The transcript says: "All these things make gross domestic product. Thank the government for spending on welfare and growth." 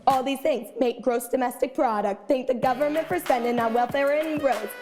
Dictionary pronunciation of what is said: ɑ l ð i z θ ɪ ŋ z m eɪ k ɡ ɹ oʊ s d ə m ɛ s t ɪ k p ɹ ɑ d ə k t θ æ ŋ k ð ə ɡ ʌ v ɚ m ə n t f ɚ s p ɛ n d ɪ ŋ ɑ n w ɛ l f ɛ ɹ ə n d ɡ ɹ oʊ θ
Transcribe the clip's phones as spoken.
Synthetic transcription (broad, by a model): ɑ l ð i z θ ɪ ŋ z m eɪ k ɡ ɹ oʊ s d ə m ɛ s t ɪ k p ɹ ɑ d ə k t θ æ ŋ k ð ə ɡ ʌ v ɚ m ə n t f ɚ s ɛ n d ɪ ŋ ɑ w ɛ l f ɛ ɹ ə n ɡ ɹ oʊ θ